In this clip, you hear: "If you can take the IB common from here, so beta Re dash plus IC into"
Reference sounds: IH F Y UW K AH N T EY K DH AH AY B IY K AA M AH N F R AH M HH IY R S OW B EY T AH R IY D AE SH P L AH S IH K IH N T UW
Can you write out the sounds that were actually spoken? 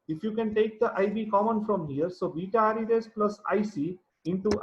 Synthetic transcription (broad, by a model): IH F Y UW K AH N T EY K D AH AY B IY K AA M AH N F R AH M HH IY R S OW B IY T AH R IY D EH S P L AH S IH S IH N T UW